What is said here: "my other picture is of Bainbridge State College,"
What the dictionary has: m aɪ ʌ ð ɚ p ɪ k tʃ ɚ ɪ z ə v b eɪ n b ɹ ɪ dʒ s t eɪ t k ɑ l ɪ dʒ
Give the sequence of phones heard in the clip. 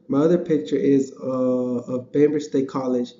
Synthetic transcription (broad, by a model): m aɪ ʌ ð ɚ p ɪ k tʃ ɚ ɪ z ə v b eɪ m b ɪ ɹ s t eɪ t k ɑ l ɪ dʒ